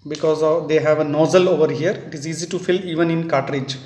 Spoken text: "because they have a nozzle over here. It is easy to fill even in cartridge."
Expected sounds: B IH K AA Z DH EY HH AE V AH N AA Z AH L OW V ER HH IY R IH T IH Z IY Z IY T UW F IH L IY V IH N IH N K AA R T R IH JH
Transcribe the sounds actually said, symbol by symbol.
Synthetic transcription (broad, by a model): B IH K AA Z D EY HH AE V AH N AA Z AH L OW V ER HH IY R IH T IH Z IY Z IY T UW F IH L IY V IH N IH N K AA T R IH JH